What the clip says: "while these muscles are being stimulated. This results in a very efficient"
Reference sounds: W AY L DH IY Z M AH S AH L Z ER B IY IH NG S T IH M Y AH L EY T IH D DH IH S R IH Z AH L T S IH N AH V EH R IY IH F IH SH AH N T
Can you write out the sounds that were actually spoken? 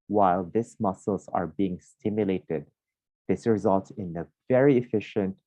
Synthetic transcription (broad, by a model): W AY L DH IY S M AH S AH L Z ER B IY IH NG S T IH M Y AH L EY T IH D DH IH S R IH Z AH L T S IH N AH V EH R IY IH F IH SH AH N T